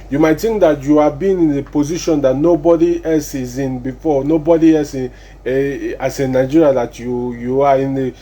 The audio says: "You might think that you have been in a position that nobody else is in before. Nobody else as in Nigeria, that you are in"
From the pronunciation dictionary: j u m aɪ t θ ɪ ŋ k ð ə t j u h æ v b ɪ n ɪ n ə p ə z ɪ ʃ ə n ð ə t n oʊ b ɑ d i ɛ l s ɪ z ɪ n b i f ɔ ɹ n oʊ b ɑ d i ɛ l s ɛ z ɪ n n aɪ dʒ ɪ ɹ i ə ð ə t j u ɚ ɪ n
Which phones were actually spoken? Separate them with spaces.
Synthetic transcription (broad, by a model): j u m aɪ t t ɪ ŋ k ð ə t j u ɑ b ɪ n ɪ n ə p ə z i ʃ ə n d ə t n oʊ b ɑ d i ɛ l s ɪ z ɪ n b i f ɔ n oʊ b ɑ d i ɛ l s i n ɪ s n aɪ dʒ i ɹ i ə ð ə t j u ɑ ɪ n